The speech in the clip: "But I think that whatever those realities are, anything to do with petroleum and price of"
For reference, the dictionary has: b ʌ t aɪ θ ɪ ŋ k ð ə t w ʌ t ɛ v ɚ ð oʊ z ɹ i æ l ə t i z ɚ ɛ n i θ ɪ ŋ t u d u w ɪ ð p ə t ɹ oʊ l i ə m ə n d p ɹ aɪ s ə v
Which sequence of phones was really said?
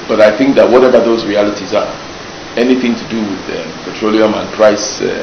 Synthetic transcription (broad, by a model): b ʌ t aɪ θ ɪ ŋ k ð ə t w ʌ t ɛ v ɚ ð oʊ z ɹ i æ l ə t i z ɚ ɛ n i θ ɪ ŋ t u d u w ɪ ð p ə t ɹ oʊ l i ə m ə n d p ɹ aɪ s